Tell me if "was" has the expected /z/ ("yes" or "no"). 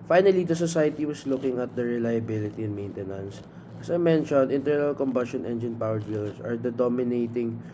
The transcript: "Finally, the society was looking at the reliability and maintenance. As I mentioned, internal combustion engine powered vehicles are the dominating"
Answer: no